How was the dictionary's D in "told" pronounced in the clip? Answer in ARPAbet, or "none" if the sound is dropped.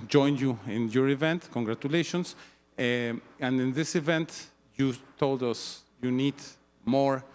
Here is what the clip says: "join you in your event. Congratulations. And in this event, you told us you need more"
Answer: D